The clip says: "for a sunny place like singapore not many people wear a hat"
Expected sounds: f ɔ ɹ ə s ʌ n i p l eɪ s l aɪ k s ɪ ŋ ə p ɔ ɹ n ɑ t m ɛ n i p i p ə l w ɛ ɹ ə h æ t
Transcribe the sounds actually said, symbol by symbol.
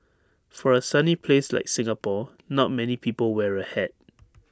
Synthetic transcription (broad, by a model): f ɔ ɹ ə s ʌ n i p l eɪ s l aɪ k s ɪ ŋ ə p ɔ n ɑ t m ɛ n i p i p ə l w ɛ ɹ ə h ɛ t